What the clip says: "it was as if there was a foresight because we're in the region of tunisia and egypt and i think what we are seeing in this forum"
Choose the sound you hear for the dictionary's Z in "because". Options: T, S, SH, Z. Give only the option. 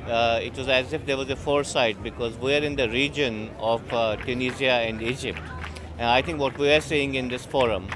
Z